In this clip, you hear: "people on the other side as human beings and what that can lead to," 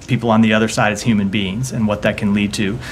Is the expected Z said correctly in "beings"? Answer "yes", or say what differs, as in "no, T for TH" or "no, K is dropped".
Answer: yes